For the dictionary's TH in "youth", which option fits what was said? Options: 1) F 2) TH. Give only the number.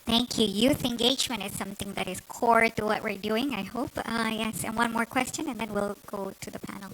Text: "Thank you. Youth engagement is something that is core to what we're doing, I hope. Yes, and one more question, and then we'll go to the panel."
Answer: 2